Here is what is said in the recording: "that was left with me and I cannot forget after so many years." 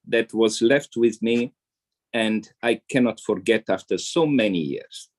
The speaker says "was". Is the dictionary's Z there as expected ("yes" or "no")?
yes